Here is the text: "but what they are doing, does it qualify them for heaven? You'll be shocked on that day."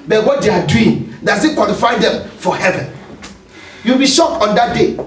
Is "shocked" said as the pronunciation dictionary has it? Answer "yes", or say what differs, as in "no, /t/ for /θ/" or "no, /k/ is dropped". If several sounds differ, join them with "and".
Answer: no, /t/ is dropped